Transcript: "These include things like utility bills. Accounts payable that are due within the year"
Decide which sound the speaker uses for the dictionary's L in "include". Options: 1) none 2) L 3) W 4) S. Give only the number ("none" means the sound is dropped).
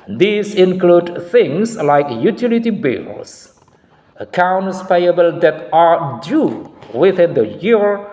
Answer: 2